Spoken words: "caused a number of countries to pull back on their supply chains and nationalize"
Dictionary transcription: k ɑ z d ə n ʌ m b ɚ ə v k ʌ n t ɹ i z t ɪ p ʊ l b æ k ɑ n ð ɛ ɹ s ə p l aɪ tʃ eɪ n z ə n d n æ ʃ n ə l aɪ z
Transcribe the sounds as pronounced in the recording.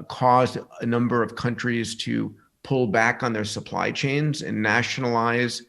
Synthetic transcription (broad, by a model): k ɑ z d ə n ʌ m b ɚ ə v k ʌ n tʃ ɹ i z t ɪ p ʊ l b æ k n ð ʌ ɹ s ə p l aɪ tʃ eɪ n z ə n n æ ʃ n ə l aɪ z